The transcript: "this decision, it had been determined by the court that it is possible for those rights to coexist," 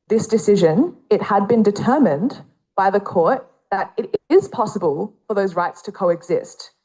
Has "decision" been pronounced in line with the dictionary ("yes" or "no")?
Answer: yes